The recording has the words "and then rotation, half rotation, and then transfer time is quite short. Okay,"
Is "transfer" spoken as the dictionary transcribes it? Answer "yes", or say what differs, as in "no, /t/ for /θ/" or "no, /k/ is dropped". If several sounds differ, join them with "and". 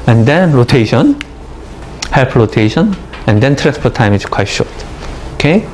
no, /p/ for /f/